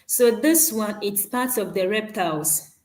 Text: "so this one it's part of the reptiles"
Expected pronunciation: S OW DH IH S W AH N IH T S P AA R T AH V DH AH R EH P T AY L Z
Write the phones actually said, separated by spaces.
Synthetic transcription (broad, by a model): S OW DH IH S W AH N IH T S P AA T AH V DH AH R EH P T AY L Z